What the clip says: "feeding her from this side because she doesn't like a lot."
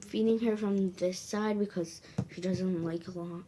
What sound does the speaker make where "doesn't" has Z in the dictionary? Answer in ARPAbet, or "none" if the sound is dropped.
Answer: Z